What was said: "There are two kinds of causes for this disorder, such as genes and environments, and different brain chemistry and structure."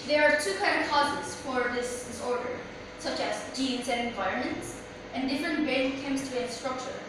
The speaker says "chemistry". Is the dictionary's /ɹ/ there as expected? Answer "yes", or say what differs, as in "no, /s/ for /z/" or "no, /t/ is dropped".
no, /ɹ/ is dropped